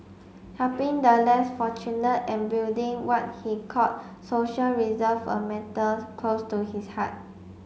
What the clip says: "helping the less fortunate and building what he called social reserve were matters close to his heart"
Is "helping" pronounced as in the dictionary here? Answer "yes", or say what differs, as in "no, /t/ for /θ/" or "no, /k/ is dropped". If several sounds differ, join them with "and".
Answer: no, /l/ is dropped